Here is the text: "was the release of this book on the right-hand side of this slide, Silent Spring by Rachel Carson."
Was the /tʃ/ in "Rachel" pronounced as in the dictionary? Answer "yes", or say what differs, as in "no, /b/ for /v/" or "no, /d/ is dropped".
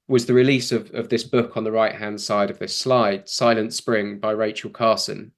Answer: yes